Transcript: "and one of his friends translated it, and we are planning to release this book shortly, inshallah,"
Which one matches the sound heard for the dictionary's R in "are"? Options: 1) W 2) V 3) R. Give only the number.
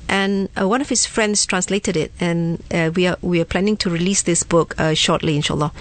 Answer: 1